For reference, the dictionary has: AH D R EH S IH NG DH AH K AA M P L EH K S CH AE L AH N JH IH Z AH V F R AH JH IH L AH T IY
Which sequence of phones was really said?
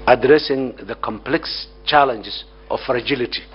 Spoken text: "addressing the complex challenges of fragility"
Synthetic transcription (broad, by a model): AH D R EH S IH NG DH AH K AA M P L EH K S CH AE L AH N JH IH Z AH F F R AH JH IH L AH T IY